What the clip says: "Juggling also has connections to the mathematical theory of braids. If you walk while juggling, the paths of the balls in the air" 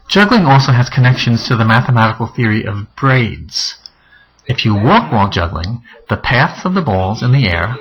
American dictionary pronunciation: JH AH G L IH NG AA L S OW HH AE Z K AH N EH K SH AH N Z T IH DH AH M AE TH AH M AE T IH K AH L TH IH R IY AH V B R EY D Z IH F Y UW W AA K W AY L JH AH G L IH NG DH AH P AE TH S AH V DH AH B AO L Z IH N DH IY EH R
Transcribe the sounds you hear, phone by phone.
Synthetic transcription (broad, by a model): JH AH G L IH NG AA L S OW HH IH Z K AH N EH K SH AH N Z T IH DH AH M AE TH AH M AE T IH K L TH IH R IY AH V B R EY D Z IH F Y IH W AA K W AY L JH AH G L IH NG DH AH P AE TH S AH V DH AH B AO L Z IH N DH IY EH R